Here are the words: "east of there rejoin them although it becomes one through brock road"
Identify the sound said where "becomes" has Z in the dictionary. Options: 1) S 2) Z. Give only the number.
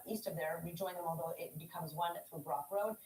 2